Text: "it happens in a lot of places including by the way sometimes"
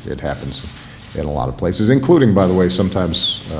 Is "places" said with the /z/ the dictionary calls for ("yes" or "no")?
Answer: yes